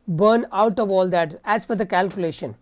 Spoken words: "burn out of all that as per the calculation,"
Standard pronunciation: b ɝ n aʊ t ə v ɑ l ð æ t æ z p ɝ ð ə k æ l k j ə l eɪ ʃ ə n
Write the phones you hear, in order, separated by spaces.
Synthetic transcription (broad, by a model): b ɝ n aʊ t ə v ɑ l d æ t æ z f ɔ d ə k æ l k j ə l eɪ ʃ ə n